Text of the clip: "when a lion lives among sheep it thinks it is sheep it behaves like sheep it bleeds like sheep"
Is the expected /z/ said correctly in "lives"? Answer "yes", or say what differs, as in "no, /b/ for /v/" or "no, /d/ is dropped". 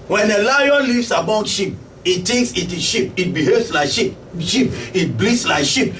no, /s/ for /z/